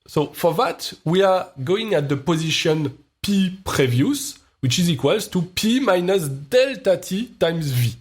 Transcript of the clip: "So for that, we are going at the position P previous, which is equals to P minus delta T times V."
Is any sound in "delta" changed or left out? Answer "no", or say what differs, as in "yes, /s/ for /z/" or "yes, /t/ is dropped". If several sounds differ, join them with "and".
no